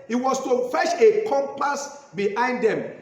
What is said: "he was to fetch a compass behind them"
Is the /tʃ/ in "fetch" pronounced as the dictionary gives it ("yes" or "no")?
no